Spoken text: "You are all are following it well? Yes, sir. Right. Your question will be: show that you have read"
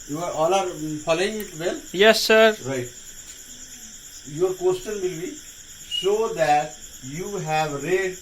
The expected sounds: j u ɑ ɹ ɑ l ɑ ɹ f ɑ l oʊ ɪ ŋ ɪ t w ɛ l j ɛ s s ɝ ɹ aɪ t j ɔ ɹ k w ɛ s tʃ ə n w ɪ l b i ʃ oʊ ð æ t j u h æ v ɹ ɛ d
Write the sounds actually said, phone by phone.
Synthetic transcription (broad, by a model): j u ɑ ɹ ɑ l ɑ ɹ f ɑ l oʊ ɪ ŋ ɪ t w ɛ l j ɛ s s ɝ ɹ aɪ t j ɔ ɹ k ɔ s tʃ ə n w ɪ l b i s oʊ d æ t j u h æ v ɹ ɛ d